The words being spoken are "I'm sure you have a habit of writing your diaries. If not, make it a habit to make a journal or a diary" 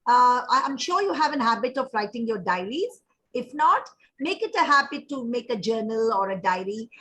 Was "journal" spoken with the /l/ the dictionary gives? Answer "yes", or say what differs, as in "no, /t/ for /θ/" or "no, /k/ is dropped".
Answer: yes